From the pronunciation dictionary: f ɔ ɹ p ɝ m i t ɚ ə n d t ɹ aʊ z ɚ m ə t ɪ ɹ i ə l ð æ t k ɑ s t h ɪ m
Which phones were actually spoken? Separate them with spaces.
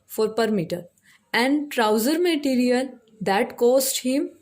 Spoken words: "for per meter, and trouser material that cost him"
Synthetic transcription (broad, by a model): f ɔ ɹ p ɝ m i t ɚ ə n d t ɹ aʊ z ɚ m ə t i ɹ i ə l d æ t k ɑ s t h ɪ m